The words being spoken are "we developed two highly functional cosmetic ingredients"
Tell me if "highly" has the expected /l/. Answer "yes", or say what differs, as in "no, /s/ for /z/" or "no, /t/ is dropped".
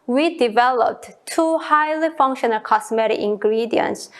yes